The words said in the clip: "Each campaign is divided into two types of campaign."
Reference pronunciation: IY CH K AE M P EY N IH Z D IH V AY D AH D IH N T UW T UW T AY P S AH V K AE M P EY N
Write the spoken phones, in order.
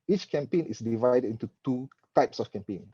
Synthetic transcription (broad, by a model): IY CH K AE M P EY N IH S D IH V AY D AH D IH N T UW T UW T AY P S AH F K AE M P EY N